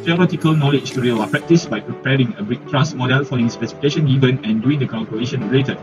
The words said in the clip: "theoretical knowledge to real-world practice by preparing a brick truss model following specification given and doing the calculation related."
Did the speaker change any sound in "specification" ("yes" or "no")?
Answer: no